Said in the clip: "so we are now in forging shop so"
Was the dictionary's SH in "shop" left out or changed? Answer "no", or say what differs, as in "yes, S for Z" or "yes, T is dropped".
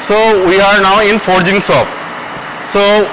yes, S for SH